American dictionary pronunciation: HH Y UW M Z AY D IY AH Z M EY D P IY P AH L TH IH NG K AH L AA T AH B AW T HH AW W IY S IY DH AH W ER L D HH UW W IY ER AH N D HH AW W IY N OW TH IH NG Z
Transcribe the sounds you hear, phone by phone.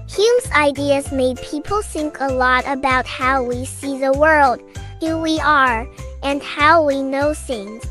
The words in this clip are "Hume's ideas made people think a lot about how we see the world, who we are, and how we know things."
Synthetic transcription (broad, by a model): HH Y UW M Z AY D IY AH Z M EY D P IY P L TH IH NG K AH L AA T AH B AW T HH AW W IY S IY DH AH W ER L D HH UW W IY ER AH N HH AW W IY N OW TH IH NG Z